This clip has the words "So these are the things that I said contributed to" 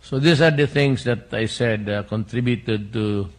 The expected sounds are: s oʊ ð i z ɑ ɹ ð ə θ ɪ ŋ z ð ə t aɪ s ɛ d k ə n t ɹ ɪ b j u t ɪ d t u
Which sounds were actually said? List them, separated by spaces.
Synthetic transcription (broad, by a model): s oʊ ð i s ɑ ɹ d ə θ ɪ ŋ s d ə t aɪ s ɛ d k ə n t ɹ ɪ b j u t ɪ d t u